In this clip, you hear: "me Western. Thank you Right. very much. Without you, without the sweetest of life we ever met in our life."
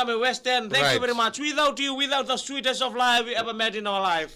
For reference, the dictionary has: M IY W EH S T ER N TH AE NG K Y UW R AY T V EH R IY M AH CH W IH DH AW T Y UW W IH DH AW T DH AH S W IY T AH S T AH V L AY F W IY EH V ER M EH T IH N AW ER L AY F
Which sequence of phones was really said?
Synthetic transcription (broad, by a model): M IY W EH S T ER N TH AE K Y UW V EH R IY M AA CH W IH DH AW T Y UW W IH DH AW T DH AH S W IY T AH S AH V L AY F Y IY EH V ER M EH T IH N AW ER L AY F